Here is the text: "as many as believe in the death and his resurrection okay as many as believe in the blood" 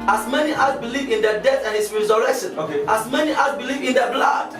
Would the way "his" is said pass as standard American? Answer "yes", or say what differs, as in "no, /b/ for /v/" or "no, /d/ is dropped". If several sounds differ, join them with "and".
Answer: no, /s/ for /z/